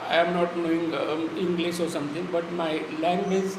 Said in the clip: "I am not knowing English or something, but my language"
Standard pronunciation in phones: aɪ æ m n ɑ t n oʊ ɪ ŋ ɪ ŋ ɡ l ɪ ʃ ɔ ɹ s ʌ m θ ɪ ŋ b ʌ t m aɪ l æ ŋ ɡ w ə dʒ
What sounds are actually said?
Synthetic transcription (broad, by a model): aɪ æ m n ɑ t n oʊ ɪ ŋ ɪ ŋ ɡ l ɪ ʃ ɔ ɹ s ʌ m t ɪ ŋ b ʌ t m aɪ l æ ŋ ɡ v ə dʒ